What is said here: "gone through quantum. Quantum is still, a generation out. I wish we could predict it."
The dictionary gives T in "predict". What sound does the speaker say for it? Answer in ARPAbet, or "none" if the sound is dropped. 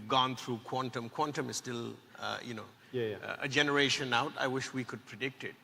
T